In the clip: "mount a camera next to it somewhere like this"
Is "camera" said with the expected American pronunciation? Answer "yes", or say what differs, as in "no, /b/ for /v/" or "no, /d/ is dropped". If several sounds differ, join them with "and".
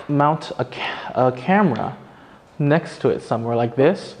yes